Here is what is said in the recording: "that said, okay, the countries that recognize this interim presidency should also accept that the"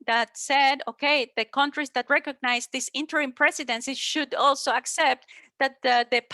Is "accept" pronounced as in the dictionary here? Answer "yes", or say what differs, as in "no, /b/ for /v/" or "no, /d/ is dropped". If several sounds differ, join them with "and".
yes